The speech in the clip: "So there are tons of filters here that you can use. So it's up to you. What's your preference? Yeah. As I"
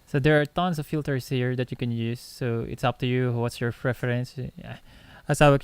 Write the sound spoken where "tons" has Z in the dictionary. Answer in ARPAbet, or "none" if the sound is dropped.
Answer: S